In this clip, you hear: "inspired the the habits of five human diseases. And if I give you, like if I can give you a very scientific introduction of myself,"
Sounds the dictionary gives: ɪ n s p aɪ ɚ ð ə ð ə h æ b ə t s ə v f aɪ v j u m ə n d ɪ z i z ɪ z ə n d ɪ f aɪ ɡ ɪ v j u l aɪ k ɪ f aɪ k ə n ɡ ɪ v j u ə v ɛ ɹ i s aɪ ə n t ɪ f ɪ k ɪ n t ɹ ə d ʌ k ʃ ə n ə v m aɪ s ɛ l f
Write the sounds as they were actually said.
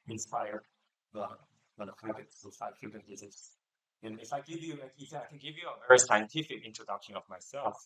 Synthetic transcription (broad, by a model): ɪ n s p aɪ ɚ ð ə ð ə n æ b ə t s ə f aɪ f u ə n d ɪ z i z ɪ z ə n ɪ f aɪ ɡ ɪ v j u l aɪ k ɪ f aɪ k ə n ɡ ɪ v j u ə v ɛ ɹ i s aɪ ə n t ɪ f ɪ k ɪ n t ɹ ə d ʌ k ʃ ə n ə v m aɪ s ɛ l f